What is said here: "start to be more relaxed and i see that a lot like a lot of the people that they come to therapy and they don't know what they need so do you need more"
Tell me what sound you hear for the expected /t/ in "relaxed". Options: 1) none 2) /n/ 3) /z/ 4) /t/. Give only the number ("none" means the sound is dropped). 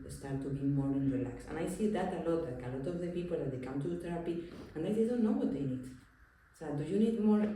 1